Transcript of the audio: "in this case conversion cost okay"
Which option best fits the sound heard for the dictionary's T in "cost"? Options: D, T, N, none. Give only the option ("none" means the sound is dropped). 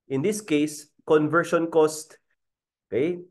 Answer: T